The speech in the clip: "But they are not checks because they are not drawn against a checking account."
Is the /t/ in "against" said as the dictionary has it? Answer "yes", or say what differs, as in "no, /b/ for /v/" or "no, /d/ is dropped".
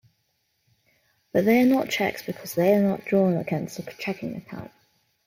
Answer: no, /t/ is dropped